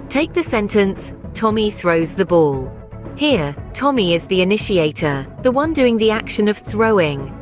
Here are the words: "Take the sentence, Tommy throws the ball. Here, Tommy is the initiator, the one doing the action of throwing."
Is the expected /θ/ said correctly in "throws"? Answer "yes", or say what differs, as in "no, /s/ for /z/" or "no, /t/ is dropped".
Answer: yes